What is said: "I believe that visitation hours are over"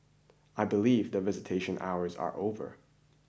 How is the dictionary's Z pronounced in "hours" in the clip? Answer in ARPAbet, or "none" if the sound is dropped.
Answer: Z